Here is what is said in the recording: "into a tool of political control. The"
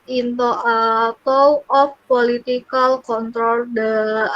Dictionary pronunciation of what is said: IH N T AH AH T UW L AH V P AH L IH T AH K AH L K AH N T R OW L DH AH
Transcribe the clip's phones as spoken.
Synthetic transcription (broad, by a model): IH N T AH AH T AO W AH F P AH L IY T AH K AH L K AH N T R OW L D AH